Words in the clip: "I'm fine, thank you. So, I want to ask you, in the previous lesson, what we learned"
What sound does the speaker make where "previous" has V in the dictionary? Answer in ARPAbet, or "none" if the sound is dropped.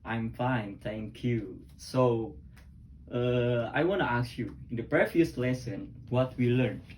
F